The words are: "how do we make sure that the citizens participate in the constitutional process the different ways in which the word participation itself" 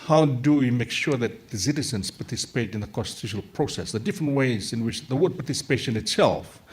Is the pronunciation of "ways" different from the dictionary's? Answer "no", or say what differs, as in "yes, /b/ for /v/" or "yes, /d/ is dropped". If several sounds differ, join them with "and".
no